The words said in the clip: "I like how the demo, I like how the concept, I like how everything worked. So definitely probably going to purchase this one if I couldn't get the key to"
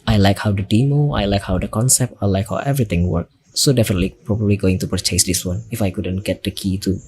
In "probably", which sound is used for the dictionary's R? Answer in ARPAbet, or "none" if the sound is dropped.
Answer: R